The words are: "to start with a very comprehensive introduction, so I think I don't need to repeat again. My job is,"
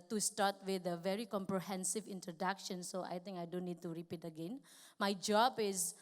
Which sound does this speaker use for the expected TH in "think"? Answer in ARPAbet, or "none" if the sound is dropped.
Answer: T